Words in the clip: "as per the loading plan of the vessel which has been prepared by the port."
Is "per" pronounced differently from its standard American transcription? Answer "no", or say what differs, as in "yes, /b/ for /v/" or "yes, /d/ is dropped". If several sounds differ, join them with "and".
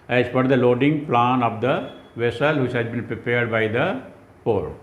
yes, /f/ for /p/